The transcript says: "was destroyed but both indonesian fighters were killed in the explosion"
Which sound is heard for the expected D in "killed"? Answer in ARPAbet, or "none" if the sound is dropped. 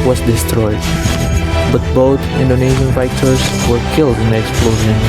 D